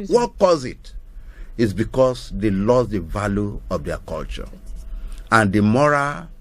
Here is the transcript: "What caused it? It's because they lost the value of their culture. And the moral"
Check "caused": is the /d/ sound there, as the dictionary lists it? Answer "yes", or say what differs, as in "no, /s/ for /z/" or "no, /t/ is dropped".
no, /d/ is dropped